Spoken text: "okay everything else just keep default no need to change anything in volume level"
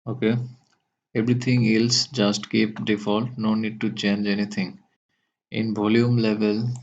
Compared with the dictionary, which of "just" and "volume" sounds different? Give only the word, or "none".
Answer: volume